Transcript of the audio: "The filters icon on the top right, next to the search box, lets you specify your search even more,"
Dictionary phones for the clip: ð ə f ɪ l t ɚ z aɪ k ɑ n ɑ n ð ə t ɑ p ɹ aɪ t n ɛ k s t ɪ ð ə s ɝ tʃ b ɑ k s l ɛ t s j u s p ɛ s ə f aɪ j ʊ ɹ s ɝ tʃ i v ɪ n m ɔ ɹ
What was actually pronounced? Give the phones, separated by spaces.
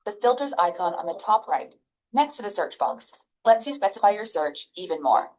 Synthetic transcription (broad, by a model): ð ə f ɪ l t ɚ z aɪ k ɑ n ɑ n ð ə t ɑ p ɹ aɪ t n ɛ k s t ɪ ð ə s ɝ tʃ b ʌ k s l ɛ t s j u s p ɛ s ə f aɪ j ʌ ɹ s ɝ tʃ i v ɪ n m ɔ ɹ